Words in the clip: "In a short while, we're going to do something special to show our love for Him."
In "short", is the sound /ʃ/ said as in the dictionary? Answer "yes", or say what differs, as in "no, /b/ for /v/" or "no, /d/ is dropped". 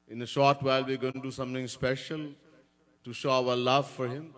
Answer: yes